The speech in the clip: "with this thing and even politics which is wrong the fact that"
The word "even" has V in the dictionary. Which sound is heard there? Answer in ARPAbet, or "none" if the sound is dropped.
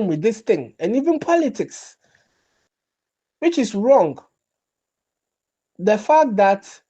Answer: V